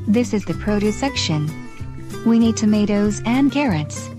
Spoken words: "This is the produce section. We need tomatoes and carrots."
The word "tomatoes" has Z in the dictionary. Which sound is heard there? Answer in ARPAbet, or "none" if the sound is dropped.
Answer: Z